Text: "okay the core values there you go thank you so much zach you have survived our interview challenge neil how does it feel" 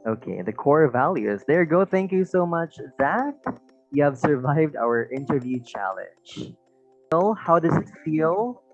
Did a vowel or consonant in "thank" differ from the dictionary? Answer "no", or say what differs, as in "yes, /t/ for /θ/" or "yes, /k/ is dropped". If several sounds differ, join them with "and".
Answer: no